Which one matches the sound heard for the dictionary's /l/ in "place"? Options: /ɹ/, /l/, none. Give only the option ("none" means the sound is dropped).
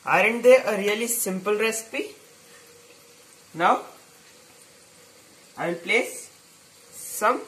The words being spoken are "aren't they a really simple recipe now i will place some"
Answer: /l/